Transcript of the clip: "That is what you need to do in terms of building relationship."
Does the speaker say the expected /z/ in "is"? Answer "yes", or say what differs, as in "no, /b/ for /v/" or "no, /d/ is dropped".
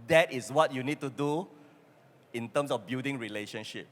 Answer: no, /s/ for /z/